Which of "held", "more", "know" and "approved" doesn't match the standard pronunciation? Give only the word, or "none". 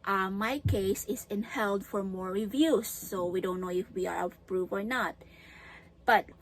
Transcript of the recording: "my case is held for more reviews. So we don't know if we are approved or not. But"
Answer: approved